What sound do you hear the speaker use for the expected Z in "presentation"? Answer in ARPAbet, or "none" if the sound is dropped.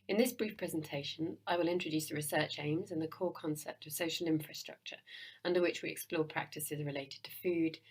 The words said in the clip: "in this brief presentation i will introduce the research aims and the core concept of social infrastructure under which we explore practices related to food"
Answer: Z